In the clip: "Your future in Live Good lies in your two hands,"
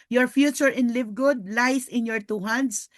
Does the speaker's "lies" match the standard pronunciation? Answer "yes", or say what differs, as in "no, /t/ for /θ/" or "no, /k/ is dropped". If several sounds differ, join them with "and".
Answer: no, /s/ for /z/